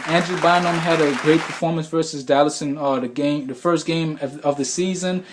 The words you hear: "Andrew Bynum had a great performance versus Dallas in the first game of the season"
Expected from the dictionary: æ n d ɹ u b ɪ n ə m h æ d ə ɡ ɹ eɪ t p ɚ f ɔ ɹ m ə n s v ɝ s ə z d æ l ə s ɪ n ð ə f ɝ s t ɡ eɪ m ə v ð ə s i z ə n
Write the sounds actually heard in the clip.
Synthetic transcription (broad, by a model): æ n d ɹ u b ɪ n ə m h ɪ d ə ɡ ɹ eɪ t p ɚ f ɔ ɹ m ə n s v ɝ s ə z d æ l ə s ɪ n ð ə f ɝ s t ɡ eɪ m ə v ð ə s i z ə n